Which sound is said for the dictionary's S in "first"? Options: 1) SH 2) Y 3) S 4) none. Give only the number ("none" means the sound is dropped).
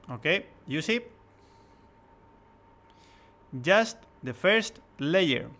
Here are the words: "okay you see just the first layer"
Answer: 3